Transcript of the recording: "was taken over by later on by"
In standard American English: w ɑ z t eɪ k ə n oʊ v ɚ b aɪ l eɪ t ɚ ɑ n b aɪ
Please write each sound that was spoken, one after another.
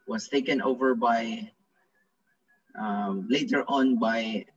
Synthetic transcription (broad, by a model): w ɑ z t eɪ k ə n oʊ v ɚ b aɪ l eɪ t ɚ ɑ n b aɪ